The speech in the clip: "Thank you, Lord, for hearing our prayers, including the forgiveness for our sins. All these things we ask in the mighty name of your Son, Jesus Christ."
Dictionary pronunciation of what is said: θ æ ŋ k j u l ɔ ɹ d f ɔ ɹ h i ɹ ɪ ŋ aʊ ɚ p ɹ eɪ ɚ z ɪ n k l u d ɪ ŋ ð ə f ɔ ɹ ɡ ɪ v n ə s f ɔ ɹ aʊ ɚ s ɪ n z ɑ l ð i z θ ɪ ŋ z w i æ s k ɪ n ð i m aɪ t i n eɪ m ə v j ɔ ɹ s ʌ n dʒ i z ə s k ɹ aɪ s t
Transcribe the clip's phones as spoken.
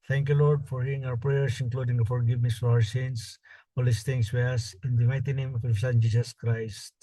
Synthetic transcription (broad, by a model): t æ ŋ k j u l ɔ ɹ d f ɔ ɹ h i ɹ ɪ ŋ aʊ ɚ p ɹ eɪ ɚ s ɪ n k l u d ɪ ŋ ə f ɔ ɹ ɡ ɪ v n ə s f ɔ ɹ aʊ ɚ s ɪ n s ɑ l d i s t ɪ ŋ s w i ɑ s ɪ n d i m aɪ t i n eɪ m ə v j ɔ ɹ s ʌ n dʒ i s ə s k ɹ aɪ s t